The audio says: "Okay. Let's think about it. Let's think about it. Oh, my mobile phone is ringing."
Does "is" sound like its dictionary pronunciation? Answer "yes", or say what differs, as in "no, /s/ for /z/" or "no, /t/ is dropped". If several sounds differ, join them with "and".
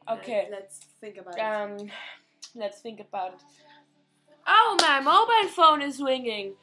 yes